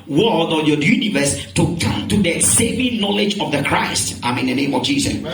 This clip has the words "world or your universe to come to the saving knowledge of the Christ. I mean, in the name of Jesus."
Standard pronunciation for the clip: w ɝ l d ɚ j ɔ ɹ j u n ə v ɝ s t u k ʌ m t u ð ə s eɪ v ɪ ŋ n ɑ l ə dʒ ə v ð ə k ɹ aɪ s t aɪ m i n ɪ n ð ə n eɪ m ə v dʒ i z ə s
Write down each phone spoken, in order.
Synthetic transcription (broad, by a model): w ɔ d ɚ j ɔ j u n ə v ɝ s t u k ʌ m t u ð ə s eɪ v ɪ ŋ n ɑ l ə dʒ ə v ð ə k ɹ aɪ s t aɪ m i ɪ n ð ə n eɪ m ə v dʒ i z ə s